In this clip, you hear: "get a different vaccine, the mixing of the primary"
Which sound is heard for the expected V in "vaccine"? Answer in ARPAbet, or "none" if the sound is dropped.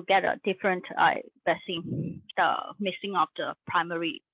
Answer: B